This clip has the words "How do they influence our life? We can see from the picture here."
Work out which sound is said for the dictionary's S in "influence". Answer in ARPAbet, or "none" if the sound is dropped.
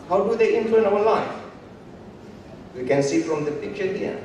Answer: none